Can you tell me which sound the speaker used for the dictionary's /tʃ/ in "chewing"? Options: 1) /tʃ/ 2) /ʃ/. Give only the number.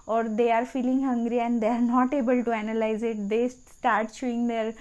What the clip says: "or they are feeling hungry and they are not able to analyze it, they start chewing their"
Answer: 2